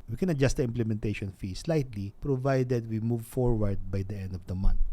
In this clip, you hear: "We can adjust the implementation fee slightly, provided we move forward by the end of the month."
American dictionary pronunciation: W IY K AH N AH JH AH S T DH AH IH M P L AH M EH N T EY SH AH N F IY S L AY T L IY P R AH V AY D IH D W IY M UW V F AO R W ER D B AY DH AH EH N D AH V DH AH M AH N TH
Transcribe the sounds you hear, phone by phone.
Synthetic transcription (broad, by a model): W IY K AH N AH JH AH S T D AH IH M P L AH M EH N T EY SH AH N F IY S L AY T L IY P R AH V AY D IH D W IY M UW V F AO R W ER D B AY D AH EH N D AH V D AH M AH N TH